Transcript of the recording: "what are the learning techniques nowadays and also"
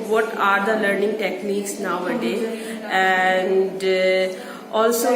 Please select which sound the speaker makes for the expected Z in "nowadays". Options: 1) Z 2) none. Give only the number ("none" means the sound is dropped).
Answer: 2